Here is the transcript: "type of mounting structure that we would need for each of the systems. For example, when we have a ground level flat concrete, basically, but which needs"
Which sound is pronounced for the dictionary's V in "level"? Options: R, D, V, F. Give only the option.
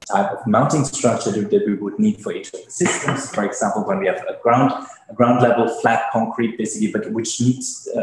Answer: V